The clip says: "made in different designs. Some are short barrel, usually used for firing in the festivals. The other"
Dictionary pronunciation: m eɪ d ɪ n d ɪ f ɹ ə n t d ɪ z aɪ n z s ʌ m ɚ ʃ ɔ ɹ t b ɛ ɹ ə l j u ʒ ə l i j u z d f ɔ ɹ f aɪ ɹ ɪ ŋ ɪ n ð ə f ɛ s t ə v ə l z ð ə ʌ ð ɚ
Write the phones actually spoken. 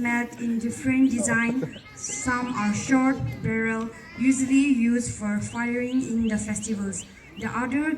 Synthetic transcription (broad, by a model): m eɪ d ɪ n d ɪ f ɹ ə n d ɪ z aɪ n s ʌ m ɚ ʃ ɔ ɹ t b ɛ ɹ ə l j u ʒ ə l i j u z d f ɔ ɹ f aɪ ɹ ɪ ŋ ɪ n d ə f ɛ s t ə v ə l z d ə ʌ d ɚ